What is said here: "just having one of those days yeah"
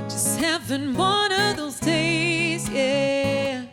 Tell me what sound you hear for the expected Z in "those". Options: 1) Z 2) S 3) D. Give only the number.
1